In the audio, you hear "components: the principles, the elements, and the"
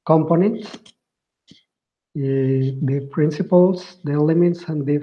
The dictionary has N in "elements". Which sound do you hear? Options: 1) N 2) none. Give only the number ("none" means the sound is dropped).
2